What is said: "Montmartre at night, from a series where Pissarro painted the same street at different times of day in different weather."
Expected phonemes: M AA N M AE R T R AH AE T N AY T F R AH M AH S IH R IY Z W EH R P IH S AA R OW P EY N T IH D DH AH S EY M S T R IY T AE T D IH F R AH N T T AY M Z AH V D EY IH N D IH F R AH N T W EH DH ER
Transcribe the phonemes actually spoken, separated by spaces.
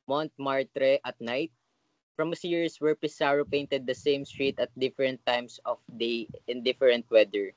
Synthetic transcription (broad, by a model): M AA N M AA R T R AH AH T N AY T F R AH M AH S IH R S W EH R P IH S AA R OW P EY N T IH D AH S EY M S T R IY T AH T D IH F R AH N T T AY M S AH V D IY IH N D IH F R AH N T W EH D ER